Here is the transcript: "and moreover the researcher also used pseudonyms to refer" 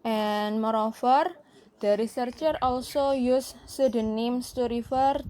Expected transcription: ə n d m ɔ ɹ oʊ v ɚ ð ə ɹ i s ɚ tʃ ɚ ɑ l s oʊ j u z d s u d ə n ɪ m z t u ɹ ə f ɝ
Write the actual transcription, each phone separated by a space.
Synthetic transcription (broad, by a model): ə n m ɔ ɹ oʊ f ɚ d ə ɹ i s ɚ tʃ ɚ ɑ l s oʊ j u s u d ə n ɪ m s t u ɹ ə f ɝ